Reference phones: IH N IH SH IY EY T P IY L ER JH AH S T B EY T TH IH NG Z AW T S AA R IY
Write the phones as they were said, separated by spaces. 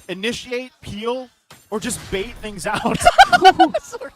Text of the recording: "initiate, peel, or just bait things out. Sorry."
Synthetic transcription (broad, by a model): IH N IH SH IY EY T P IY L ER JH AH S B EY T TH IH NG Z AW T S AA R